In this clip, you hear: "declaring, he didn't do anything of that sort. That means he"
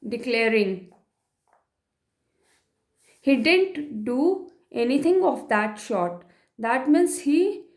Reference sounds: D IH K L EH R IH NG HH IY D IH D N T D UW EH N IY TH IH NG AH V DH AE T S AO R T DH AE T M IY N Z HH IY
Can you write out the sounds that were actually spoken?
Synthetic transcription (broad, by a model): D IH K L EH R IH NG HH IY D IH D N T D UW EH N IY T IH NG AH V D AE T SH AO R T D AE T M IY N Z HH IY